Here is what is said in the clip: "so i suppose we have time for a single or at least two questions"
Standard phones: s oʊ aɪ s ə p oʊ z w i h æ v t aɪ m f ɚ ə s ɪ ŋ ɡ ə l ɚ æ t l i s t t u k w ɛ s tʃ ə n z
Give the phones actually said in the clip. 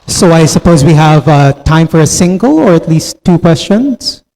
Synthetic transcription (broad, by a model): s oʊ aɪ s ə p oʊ z w i h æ v t aɪ m f ɚ ə s ɪ ŋ ɡ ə l ɚ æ t l i s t t u k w ɛ s tʃ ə n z